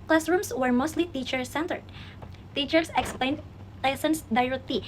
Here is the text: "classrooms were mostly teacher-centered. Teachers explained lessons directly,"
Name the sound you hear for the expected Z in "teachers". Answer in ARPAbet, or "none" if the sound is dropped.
S